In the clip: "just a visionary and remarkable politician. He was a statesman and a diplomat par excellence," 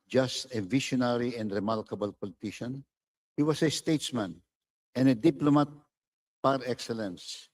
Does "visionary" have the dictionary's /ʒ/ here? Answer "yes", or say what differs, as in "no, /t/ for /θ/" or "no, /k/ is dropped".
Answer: no, /ʃ/ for /ʒ/